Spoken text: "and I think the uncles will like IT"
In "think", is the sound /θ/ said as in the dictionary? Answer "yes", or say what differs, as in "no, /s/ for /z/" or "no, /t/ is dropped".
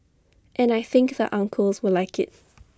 yes